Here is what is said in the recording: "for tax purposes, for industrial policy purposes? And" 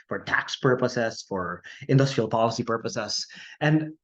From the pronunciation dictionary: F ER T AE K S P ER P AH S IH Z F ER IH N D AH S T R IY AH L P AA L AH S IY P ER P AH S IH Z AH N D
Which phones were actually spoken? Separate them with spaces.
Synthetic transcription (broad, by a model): F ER T AE K S P ER P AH S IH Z F ER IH N D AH S T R IY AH L P AA L AH S IY P ER P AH S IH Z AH N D